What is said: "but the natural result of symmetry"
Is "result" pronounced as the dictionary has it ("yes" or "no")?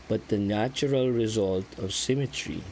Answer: yes